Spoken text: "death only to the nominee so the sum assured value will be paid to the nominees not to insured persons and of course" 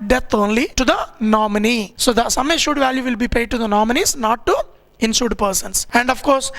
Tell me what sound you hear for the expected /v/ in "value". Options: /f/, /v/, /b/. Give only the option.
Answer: /v/